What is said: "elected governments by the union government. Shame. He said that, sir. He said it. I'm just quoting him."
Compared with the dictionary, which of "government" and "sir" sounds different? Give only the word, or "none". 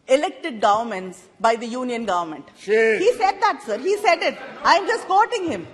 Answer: none